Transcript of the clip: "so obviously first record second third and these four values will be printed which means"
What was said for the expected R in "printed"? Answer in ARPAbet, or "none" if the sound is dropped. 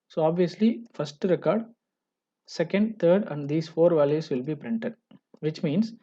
R